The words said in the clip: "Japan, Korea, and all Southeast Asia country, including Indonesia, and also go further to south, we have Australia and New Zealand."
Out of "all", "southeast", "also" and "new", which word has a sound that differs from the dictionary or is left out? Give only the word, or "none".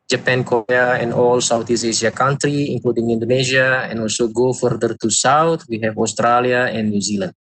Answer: southeast